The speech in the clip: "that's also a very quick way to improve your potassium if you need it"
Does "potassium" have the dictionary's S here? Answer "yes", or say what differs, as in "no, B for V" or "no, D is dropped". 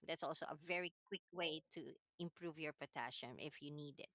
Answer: no, SH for S